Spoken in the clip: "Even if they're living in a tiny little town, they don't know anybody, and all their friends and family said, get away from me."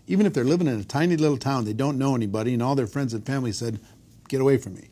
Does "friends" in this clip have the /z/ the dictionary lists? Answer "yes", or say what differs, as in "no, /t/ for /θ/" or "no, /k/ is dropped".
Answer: yes